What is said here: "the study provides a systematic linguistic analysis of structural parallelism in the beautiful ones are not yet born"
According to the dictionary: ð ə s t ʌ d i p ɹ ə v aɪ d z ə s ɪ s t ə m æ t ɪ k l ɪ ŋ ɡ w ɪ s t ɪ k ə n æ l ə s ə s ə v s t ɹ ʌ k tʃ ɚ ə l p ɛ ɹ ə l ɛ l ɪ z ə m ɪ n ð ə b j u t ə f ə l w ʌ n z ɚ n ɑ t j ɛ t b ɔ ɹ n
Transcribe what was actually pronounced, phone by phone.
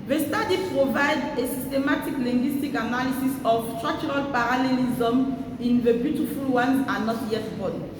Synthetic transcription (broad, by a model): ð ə s t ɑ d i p ɹ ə v aɪ d ə s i s t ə m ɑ t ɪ k l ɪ ŋ ɡ w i s t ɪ k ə n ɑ l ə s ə s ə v s t ɹ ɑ k tʃ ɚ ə l p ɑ ɹ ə l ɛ l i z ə m ɪ n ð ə b j u t ə f ə l w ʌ n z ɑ n ɑ t j ɛ t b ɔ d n